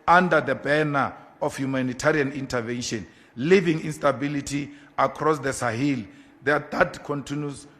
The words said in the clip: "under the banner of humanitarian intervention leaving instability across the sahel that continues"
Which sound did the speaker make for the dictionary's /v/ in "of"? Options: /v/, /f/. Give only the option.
/f/